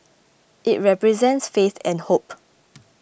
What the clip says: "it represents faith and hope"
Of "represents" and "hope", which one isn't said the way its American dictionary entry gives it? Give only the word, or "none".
none